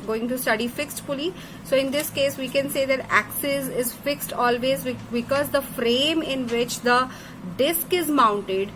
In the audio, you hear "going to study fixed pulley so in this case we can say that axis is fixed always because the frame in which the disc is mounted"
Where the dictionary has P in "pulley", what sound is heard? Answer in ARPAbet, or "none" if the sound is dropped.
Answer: F